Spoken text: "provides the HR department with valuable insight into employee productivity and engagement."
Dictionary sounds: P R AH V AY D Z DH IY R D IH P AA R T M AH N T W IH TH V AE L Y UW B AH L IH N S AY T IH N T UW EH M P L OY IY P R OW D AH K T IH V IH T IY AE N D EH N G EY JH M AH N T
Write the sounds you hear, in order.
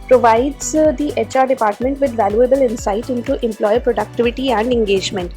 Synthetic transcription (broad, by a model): P R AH V AY D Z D IY R D IH P AA R T M AH N T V IH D V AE L Y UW B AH L IH N S AY T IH N T UW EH M P L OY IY P R OW D AH K T IH V IH T IY AE N D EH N G EY JH M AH N T